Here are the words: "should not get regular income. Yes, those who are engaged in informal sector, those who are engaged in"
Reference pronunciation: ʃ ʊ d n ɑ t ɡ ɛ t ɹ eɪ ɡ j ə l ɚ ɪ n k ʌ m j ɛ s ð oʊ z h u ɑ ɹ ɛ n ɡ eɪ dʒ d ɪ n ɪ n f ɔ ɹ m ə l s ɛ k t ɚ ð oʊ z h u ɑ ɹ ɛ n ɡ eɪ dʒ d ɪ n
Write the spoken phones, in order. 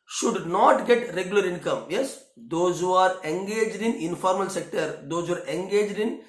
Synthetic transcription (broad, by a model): ʃ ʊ d n ɑ t ɡ ɛ t ɹ eɪ ɡ j ə l ɚ ɪ n k ʌ m j ɛ s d oʊ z h u ɑ ɹ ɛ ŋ ɡ eɪ dʒ d ɪ n ɪ n f ɔ ɹ m ə l s ɛ k t ɚ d oʊ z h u ɑ ɹ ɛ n ɡ eɪ dʒ d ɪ n